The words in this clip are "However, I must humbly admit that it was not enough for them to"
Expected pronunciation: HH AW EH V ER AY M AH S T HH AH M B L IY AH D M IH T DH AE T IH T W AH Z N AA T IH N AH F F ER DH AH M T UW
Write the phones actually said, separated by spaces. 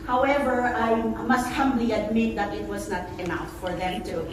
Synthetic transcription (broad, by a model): HH AW EH V ER AY M AH S T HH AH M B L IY AH D M IH T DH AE T IH T W AH Z N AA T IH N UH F F ER DH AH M T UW